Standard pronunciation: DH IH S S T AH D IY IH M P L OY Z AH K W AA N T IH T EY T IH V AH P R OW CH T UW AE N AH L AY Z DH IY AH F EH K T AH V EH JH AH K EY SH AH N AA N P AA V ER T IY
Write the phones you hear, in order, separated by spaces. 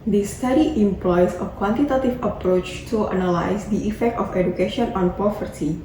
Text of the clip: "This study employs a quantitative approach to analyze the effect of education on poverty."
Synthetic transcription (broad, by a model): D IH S S T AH D IY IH M P L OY S AH K W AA N T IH T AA T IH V AH P R OW CH T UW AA N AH L AY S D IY AH F EH K T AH F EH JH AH K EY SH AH N AA N P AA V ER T IY